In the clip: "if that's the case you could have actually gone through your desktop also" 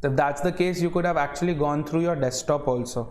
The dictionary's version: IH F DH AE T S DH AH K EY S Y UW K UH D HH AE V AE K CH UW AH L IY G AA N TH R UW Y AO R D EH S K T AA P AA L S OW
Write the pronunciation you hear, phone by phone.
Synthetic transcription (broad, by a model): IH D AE T S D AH K EY S Y UW K UH D HH AE V AE K CH UW AH L IY G AA N T R UW Y AO R D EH S T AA P AA L S OW